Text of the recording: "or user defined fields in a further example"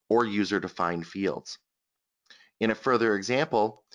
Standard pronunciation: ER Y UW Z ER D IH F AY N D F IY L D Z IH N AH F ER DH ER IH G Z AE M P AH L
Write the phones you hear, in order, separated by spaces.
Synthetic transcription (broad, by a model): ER Y UW Z ER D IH F AY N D F IY L D Z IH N AH F ER DH ER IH G Z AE M P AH L